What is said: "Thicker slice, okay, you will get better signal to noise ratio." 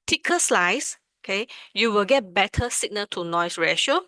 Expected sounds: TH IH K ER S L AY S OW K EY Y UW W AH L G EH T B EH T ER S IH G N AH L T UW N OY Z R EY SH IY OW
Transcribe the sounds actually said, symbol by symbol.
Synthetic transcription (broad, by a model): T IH K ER S L AY S OW K EY Y UW W AH L G EH T B EH T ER S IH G N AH T UW N OY S R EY SH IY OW